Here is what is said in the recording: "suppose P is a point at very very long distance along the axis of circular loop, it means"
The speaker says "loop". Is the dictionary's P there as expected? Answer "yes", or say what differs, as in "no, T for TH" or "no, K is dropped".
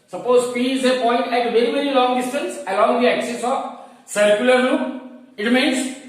no, P is dropped